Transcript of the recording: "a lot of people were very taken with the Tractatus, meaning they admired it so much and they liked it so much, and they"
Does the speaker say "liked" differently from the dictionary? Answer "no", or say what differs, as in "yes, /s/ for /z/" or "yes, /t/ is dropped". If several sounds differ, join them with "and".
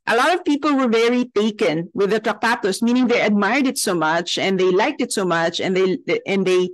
no